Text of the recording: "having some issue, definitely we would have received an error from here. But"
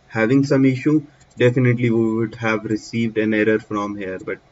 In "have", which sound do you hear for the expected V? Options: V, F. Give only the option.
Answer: V